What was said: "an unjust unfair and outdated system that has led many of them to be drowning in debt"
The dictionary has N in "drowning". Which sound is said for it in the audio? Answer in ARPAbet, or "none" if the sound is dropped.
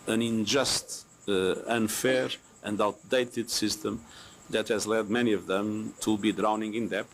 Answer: N